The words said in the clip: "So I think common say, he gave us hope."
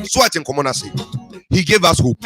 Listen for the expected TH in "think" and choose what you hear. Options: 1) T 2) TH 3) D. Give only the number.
1